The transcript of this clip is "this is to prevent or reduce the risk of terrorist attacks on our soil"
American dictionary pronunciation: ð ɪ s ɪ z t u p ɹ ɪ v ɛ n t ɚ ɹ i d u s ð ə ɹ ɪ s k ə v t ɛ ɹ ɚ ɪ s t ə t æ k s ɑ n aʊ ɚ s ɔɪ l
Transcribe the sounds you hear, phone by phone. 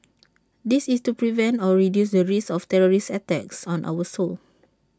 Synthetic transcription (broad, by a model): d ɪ s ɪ s t u p ɹ ɪ v ɛ n t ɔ ɹ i d u s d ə ɹ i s ə f t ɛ ɹ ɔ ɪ s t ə t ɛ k s ɑ n aʊ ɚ s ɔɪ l